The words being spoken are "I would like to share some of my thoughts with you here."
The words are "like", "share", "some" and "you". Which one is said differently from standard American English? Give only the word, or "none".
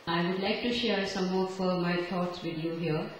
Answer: none